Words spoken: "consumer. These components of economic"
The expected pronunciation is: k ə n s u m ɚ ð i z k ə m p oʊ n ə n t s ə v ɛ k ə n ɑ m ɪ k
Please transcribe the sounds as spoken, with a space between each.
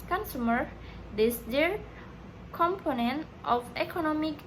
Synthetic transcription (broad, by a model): k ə n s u m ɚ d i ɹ k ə m p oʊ n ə n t ə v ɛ k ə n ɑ m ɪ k